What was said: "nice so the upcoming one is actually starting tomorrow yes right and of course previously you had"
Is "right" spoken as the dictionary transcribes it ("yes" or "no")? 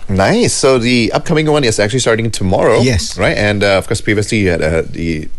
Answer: yes